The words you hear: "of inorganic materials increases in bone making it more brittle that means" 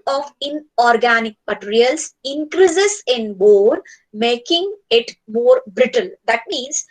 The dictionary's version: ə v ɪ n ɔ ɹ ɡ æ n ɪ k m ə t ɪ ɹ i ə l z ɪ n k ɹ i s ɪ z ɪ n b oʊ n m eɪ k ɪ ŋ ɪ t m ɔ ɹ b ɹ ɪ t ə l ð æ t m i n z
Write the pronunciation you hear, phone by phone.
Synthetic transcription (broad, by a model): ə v ɪ n ɔ ɹ ɡ æ n ɪ k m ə t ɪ ɹ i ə l s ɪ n k ɹ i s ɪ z ɪ n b oʊ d m eɪ k ɪ ŋ ɪ t m ɔ ɹ b ɹ ɪ t ə l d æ t m i n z